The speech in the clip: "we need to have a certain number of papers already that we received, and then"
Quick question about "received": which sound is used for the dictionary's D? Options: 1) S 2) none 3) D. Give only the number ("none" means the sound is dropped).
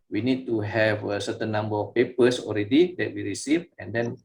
2